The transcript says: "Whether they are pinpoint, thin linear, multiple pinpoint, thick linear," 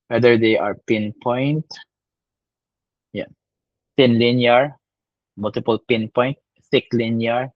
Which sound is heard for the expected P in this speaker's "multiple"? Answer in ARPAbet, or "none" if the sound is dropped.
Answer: P